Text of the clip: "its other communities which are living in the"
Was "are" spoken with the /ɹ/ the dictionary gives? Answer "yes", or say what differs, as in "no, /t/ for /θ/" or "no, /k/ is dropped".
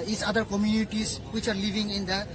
yes